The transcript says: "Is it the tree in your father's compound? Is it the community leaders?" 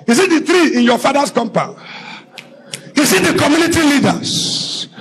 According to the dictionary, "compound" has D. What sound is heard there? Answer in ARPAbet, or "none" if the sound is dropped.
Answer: none